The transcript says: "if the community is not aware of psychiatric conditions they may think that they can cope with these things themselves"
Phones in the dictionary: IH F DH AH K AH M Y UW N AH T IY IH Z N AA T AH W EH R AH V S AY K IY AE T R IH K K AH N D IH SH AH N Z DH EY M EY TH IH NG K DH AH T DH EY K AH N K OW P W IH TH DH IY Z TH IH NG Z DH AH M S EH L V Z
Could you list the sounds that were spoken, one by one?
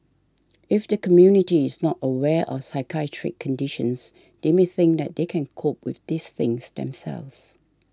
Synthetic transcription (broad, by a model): IH F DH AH K AH M Y UW N AH T IY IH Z N AA T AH W EH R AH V S AY K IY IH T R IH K K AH N D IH SH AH N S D EY M EY TH IH NG K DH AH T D EY K AH N K OW P W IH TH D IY S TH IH NG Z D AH M S EH L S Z